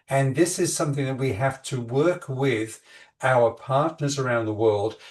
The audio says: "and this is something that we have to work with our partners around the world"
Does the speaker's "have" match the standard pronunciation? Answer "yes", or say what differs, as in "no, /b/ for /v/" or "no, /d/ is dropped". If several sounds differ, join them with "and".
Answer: no, /f/ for /v/